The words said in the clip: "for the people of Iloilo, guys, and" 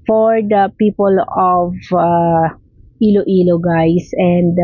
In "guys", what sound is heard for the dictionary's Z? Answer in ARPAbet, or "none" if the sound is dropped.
S